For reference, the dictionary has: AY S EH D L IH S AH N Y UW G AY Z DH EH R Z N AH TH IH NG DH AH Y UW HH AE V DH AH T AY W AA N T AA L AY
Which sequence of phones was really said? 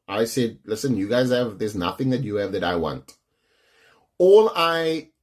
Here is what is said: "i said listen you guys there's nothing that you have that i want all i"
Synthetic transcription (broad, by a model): AY S EH D L IH S AH N Y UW G AY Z DH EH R Z N AH TH IH NG DH AH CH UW V DH AH T AY W AA N T AA L AY